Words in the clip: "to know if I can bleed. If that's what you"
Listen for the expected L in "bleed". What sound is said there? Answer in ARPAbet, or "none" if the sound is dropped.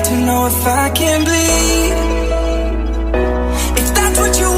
none